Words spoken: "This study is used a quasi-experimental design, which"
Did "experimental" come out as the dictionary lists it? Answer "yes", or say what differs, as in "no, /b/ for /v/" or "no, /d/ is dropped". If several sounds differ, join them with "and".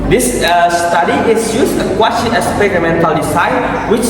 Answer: no, /k/ is dropped